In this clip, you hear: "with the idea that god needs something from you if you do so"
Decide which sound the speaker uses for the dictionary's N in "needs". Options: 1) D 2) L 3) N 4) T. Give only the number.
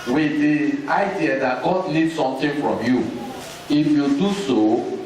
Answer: 2